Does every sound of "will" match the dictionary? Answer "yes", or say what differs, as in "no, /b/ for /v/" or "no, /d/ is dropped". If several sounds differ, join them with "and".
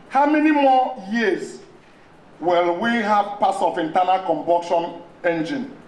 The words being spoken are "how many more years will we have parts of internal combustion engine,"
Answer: yes